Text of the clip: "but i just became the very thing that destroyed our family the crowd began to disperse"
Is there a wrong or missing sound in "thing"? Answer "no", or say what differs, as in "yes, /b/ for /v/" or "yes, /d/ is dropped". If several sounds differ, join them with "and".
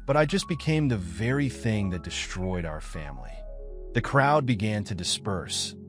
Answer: no